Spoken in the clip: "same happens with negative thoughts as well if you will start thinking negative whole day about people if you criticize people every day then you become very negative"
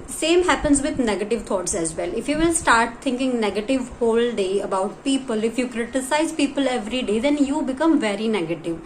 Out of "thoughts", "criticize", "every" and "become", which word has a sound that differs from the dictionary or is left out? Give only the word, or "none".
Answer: thoughts